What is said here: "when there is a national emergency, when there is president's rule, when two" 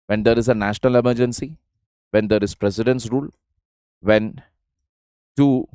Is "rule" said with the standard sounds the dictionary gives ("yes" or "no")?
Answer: yes